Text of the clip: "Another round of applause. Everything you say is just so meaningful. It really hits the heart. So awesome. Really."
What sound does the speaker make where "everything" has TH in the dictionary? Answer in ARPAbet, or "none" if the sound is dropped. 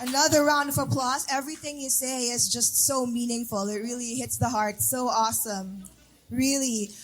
TH